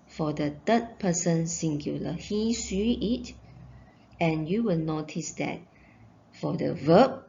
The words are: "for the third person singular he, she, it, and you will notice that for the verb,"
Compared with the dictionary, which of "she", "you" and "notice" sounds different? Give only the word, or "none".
she